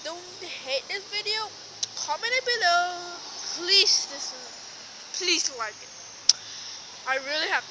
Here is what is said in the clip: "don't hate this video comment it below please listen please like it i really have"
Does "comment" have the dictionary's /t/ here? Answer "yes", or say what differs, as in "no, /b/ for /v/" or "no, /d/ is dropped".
no, /t/ is dropped